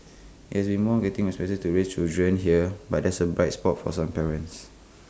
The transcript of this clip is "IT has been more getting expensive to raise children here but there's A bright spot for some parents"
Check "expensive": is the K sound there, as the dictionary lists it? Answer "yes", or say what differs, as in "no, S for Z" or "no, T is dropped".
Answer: no, K is dropped